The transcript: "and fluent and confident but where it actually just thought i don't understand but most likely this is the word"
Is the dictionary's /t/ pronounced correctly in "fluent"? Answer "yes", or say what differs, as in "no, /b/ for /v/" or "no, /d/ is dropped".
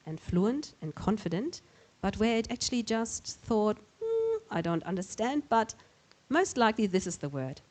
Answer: yes